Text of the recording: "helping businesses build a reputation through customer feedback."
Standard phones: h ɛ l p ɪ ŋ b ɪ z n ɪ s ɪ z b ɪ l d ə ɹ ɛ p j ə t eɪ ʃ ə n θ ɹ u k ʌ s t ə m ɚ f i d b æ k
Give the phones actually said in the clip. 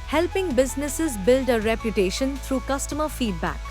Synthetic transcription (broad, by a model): h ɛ l p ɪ ŋ b ɪ z n ɪ s ɪ z b ɪ l d ə ɹ ɛ p j ə t eɪ ʃ ə n t ɹ u k ʌ s t ə m ɚ f i d b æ k